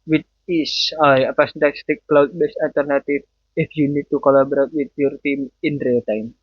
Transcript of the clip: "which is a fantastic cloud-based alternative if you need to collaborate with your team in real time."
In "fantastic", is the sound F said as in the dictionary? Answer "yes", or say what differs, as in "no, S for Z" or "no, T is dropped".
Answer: no, P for F